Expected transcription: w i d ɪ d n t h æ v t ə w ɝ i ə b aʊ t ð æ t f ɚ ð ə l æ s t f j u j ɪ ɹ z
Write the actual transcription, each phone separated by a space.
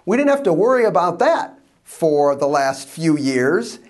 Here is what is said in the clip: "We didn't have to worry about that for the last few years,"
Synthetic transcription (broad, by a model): w i d ɪ d n t h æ f t ə w ɝ i ə b aʊ t ð æ t f ɚ ð ə l æ s t f j u j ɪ ɹ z